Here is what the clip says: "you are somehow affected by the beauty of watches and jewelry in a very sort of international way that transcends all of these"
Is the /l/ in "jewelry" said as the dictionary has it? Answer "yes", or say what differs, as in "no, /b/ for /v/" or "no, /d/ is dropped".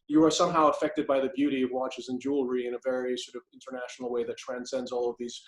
yes